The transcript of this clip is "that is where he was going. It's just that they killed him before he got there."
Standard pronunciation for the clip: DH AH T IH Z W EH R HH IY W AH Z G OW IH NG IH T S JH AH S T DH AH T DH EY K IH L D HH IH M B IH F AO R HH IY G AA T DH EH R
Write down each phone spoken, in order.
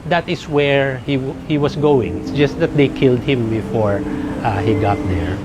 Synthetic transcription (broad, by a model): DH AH T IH S W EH R HH IY W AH S G OW IH NG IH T S JH AH S T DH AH T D EY K IH L D HH IH M B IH F AO R HH IY G AA T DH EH R